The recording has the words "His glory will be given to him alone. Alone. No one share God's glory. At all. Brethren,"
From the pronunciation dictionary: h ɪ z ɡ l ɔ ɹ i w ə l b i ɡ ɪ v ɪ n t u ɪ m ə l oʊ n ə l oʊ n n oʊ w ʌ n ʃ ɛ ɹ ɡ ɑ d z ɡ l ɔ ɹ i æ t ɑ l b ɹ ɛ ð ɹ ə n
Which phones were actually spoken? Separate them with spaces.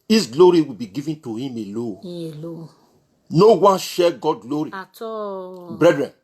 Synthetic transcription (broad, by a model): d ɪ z ɡ l ɔ ɹ i w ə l b i ɡ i v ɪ n t u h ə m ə l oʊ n n oʊ w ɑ n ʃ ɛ ɡ ɑ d ɡ l ɔ ɹ i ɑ b ɹ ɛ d ɹ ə n